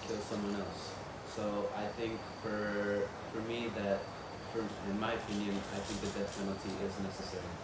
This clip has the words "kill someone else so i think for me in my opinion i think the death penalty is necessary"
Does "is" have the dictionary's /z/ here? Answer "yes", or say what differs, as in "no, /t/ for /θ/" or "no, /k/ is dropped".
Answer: yes